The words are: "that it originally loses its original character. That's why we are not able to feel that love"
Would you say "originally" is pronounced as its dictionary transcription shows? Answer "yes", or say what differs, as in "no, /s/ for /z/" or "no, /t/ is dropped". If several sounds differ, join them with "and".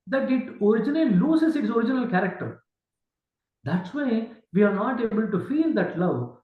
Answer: no, /n/ is dropped and /n/ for /l/